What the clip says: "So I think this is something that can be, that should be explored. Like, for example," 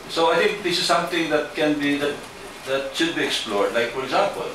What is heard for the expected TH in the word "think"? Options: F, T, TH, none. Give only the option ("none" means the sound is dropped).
T